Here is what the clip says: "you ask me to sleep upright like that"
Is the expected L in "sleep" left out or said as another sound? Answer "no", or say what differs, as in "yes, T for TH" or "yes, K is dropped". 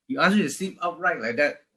yes, L is dropped